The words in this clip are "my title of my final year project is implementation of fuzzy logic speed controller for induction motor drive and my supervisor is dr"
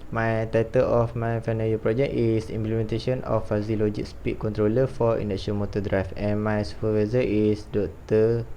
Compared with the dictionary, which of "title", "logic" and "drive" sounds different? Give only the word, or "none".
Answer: drive